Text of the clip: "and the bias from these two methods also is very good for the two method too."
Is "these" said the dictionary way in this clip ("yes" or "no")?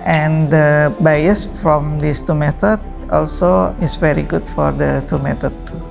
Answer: no